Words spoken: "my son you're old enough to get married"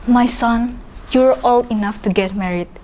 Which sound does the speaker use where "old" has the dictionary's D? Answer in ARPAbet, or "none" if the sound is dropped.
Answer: none